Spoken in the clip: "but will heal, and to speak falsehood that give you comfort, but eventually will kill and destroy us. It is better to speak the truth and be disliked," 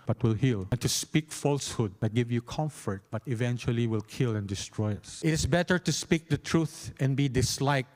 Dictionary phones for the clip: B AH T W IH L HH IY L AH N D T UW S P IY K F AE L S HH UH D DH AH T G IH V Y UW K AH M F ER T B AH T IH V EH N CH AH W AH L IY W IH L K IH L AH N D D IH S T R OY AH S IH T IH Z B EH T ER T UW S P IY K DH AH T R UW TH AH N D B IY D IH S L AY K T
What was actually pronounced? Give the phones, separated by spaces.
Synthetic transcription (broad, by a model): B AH T W IH L HH IY L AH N T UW S P IY K F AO L S HH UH D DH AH T G IH V Y UW K AH M F ER T B AH T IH V EH N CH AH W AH L IY W IH L K IH L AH N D D IH S T R OY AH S IH T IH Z B EH T ER T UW S P IY K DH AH T R UW TH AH N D B IY D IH S L AY K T